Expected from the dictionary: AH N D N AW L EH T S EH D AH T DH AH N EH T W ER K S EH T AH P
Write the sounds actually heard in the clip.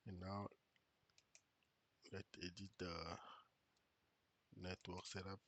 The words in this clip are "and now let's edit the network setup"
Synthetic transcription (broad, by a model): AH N N AW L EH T EH D AH T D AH N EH T W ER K S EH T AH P